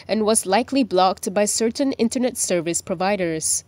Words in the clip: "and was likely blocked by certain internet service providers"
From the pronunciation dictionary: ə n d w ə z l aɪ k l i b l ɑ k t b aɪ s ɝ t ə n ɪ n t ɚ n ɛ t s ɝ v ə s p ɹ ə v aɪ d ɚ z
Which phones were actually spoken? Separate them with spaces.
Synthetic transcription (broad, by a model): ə n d w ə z l aɪ k l i b l ɑ k t b aɪ s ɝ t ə n ɪ n t ɚ n ɛ t s ɝ v ə s p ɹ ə v aɪ d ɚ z